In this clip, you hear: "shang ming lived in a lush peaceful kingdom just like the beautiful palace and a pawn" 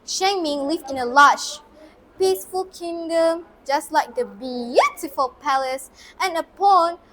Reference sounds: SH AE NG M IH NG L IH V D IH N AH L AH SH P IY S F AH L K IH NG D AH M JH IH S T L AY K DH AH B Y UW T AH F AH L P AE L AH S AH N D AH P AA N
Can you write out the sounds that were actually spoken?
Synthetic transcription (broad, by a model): SH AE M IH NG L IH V IH N AH L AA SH P IY S F AH L K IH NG D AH M JH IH S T L AY K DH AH B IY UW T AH F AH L P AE L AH S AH N AH P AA N